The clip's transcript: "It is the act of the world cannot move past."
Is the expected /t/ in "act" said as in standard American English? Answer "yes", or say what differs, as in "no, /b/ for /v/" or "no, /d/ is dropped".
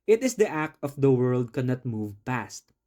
yes